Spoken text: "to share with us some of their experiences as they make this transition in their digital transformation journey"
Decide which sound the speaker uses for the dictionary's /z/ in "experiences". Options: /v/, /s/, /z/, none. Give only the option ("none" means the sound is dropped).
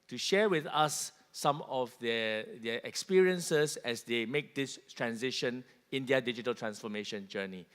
/s/